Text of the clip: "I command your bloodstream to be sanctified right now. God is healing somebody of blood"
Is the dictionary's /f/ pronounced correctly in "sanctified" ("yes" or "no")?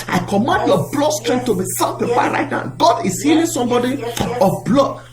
no